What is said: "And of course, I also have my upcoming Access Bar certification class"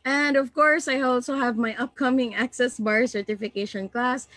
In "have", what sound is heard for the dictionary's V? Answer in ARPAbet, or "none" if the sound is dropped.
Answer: V